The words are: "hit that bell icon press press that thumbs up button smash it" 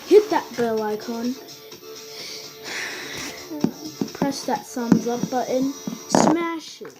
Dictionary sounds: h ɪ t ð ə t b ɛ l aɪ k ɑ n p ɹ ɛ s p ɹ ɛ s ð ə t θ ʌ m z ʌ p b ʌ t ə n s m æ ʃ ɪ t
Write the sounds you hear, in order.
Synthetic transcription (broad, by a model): h ɪ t ð ə t b ɛ l aɪ k ɑ n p p ɹ ɛ s ð ə t s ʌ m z ʌ p b ʌ t ə n s m æ ʃ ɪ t